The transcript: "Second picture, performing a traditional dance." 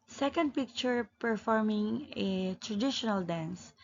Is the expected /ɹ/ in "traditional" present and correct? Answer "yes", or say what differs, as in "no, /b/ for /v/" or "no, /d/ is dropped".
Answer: yes